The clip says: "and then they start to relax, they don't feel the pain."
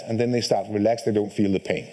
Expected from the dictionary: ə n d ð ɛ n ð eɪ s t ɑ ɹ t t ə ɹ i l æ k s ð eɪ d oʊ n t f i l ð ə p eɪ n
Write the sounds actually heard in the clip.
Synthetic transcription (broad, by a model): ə n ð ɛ n ð eɪ s t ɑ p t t ɹ i l æ k s ð eɪ d oʊ n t f i l ð ə p eɪ n